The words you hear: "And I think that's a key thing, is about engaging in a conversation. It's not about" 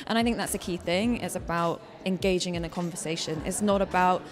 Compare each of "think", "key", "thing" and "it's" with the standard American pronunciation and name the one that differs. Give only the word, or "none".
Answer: none